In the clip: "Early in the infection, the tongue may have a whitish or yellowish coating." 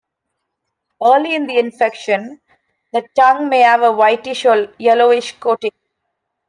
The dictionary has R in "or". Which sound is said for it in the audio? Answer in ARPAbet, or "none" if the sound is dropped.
L